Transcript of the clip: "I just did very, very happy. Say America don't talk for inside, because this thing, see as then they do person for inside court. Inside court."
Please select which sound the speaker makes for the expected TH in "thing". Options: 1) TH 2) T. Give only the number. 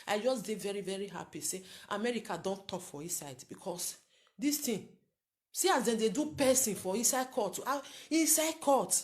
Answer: 2